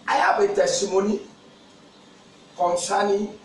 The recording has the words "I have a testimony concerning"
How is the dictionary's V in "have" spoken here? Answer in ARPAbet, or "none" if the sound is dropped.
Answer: B